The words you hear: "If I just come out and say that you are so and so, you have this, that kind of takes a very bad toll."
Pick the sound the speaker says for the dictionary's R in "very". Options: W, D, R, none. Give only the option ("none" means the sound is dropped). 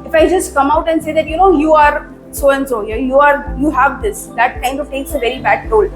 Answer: R